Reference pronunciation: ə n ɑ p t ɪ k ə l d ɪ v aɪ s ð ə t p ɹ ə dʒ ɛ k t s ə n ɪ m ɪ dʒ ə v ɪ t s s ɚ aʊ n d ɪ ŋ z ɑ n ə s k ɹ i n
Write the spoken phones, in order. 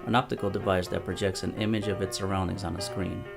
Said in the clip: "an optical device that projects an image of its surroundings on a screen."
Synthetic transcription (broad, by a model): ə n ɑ p t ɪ k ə l d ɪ v aɪ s ð ə t p ɹ ə dʒ ɛ k t s ə n ɪ m ɪ dʒ ə v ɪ t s s ɚ aʊ n d ɪ ŋ z n ə s k ɹ i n